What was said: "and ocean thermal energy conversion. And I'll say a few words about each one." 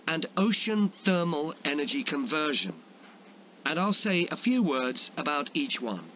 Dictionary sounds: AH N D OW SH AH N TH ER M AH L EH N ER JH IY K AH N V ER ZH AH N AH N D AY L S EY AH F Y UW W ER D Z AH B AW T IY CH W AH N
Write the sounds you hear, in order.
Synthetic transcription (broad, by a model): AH N OW SH AH N TH ER M AH L EH N ER JH IY K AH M V ER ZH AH N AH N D AY L S EY AH F Y UW W ER D Z AH B AW T IY CH W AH N